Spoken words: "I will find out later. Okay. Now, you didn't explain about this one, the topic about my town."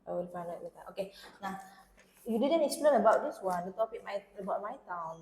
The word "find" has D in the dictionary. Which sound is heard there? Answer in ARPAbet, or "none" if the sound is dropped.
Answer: none